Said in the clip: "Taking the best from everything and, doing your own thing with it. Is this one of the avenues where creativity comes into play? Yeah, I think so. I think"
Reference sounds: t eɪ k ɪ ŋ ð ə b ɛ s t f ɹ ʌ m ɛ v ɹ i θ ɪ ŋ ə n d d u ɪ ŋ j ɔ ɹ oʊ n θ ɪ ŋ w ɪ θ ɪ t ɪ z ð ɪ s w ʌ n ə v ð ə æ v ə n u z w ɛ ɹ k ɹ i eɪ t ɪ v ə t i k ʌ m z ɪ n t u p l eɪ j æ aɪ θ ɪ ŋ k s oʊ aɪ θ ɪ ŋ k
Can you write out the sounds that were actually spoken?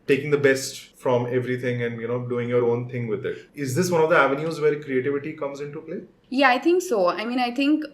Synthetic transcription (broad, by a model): t eɪ k ɪ ŋ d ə b ɛ s t f ɹ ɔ m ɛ v ɹ i t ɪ ŋ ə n d d u ɪ ŋ j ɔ ɹ oʊ n t ɪ ŋ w ɪ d ɪ t ɪ z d ɪ s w ʌ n ə v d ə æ v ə n u z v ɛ ɹ k ɹ i eɪ t ɪ v ə t i k ʌ m z ɪ n t u p l eɪ j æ aɪ t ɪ ŋ k s oʊ aɪ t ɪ ŋ k